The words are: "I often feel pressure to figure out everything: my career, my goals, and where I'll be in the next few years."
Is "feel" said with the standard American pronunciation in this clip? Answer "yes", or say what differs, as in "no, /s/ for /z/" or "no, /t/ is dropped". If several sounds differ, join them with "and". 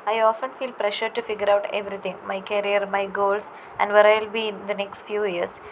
yes